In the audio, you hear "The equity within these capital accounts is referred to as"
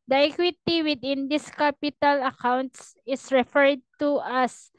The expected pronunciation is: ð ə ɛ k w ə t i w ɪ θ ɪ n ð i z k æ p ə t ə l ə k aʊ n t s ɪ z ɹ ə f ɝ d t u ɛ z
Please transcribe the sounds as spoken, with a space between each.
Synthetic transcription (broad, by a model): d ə ɛ k w ə t i w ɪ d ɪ n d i s k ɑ p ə t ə l ə k aʊ n t s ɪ s ɹ ə f ɝ d t u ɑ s